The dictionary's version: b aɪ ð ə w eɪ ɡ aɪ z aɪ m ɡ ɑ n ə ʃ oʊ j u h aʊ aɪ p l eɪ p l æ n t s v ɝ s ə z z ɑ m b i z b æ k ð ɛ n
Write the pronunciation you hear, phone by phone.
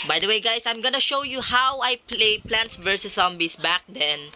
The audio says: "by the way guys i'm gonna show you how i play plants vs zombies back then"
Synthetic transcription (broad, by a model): b aɪ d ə w eɪ ɡ aɪ s aɪ m ɡ ɑ n ə ʃ oʊ j u h aʊ aɪ p l eɪ p l æ n t s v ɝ s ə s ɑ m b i s b æ k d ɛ n